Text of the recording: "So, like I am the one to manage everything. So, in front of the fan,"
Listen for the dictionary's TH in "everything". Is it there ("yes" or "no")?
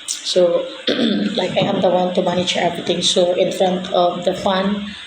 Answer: no